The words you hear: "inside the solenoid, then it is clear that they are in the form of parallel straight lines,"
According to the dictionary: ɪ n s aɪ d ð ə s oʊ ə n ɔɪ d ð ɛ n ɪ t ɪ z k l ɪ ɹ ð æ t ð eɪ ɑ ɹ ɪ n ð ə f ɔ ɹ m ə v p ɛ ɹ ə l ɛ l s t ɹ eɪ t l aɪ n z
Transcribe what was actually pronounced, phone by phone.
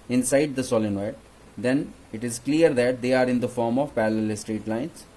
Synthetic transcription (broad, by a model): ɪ n s aɪ d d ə s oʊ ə n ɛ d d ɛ n ɪ t ɪ z k l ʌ ɹ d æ t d eɪ ɑ ɹ ɪ n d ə f ɔ ɹ m ə v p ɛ l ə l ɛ s t ɹ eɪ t l aɪ n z